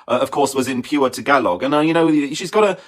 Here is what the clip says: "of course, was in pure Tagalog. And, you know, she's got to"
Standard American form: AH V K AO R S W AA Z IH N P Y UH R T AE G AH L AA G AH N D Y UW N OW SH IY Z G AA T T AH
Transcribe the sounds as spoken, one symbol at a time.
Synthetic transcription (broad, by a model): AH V K AO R S W AA Z IH N P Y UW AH T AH G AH L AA G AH N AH Y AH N OW SH IY Z G AA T T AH